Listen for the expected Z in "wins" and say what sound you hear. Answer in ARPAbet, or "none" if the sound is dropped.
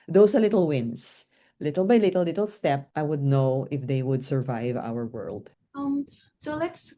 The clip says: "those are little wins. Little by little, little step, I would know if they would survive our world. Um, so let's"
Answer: S